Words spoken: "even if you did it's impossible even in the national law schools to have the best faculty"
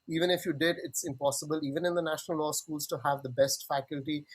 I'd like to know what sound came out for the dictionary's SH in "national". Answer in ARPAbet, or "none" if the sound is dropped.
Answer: SH